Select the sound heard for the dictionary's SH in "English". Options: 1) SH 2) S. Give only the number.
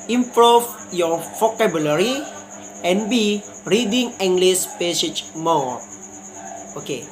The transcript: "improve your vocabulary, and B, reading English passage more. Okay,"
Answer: 2